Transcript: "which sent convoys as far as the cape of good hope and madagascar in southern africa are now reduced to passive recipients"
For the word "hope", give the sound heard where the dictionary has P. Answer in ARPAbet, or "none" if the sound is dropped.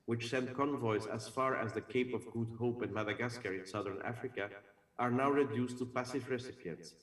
P